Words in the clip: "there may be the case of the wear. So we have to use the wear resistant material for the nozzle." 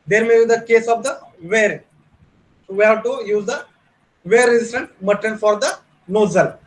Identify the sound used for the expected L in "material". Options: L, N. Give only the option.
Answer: N